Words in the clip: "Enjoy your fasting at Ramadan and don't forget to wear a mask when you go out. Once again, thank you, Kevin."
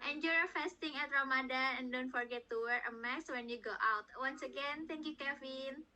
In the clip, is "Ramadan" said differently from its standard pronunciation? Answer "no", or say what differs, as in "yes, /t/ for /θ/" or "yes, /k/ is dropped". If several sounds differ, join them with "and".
yes, /n/ is dropped